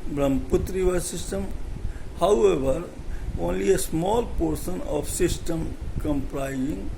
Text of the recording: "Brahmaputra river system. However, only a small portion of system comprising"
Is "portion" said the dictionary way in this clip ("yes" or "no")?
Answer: no